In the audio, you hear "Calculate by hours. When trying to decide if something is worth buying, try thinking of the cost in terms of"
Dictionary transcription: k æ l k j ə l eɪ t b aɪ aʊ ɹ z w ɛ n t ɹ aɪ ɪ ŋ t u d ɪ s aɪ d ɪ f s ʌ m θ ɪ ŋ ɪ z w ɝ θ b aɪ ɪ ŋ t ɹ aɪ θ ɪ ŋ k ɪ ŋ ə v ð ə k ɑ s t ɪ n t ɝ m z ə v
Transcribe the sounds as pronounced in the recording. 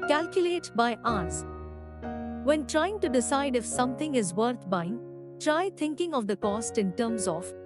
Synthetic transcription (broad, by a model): k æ l k j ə l eɪ t b aɪ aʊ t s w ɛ n t ɹ aɪ ɪ ŋ t u d ɪ s aɪ d ɪ f s ʌ m t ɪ ŋ ɪ z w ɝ t b aɪ ɪ ŋ t ɹ aɪ t ɪ ŋ k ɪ ŋ ə v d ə k ɑ s t ɪ n t ɝ m z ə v